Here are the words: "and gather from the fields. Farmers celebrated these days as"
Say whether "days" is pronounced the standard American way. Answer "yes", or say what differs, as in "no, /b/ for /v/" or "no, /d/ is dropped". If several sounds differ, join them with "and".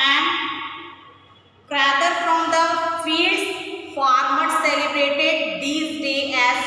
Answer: no, /z/ is dropped